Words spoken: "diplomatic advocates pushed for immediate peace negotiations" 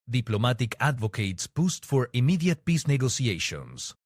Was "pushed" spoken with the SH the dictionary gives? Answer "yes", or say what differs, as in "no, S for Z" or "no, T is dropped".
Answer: no, S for SH